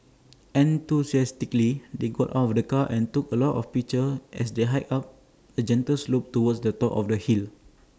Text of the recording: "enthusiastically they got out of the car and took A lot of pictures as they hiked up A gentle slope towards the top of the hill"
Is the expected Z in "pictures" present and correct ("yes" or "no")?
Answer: no